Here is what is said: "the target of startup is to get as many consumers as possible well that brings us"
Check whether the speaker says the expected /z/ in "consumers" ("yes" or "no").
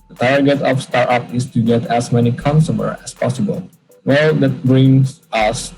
no